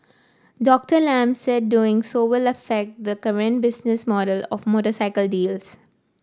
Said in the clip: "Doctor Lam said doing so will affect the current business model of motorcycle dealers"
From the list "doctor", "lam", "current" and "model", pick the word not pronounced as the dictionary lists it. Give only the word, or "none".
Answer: none